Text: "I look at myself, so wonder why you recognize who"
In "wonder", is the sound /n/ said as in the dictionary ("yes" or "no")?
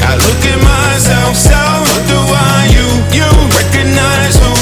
no